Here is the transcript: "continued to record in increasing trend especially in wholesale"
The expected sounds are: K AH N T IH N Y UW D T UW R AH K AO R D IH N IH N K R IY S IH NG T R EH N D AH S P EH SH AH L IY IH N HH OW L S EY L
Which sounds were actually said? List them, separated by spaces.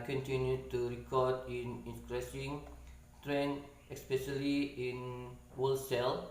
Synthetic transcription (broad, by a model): K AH N T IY N Y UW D T UW R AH K AO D IH N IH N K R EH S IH NG T R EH N AH S P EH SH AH L IY IH N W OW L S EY L